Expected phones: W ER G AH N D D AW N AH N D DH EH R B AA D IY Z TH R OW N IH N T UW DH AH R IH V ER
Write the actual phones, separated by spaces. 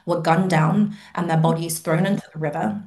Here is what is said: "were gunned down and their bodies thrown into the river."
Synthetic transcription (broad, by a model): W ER G AH N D D AW N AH N DH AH B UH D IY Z TH R OW N IH N T UW DH AH R IH V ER